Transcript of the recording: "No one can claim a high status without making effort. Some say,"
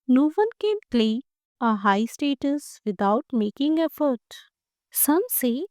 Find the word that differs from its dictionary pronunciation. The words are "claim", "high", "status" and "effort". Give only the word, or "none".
claim